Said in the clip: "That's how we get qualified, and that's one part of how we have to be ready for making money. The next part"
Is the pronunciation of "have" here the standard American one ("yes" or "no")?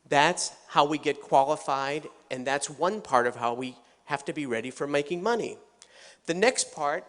no